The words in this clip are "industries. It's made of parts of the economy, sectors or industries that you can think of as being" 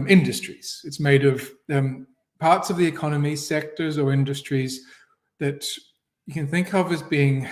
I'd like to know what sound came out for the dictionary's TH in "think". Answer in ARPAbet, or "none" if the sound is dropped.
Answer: TH